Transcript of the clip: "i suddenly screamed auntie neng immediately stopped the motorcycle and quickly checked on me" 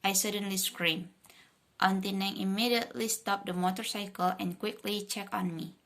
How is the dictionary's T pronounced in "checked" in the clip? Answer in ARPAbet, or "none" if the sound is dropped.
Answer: none